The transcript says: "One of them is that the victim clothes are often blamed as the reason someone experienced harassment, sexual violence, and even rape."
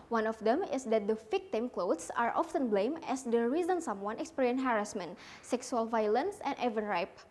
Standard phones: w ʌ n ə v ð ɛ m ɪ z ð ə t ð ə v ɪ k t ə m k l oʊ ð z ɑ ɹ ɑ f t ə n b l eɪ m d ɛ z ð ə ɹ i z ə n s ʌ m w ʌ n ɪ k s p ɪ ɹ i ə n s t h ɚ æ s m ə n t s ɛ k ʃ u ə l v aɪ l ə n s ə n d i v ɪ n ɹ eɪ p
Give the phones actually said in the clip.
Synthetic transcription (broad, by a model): w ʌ n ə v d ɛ m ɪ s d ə t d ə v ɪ k t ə m k l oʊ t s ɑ ɹ ɑ f t ə n b l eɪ m ɛ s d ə ɹ i z ə n s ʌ m w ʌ n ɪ k s p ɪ ɹ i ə n h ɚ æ s m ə n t s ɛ k s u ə l v aɪ l ə n s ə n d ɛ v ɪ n ɹ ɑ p